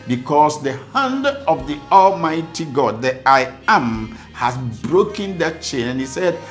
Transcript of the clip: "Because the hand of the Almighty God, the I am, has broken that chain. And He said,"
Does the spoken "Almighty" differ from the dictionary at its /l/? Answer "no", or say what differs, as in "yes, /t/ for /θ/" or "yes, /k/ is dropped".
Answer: no